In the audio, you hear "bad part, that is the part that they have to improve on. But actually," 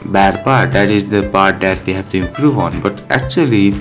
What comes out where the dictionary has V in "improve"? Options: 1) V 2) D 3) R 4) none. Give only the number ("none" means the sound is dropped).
4